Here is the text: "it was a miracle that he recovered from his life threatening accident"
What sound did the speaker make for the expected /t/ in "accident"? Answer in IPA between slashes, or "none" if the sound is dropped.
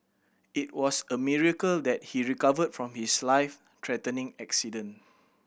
none